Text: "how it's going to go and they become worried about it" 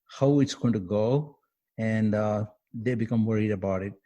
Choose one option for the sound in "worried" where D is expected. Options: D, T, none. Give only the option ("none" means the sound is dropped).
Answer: D